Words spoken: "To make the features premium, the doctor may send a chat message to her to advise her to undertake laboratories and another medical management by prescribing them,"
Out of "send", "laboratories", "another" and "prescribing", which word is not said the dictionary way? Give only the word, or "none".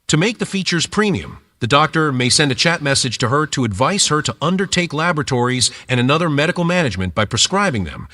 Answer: none